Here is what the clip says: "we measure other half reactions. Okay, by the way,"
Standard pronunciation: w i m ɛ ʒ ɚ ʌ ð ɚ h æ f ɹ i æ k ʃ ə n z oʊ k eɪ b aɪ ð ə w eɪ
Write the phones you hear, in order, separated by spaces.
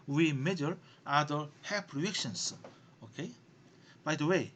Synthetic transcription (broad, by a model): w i m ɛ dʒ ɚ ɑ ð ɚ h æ p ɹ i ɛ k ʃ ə n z oʊ k eɪ b aɪ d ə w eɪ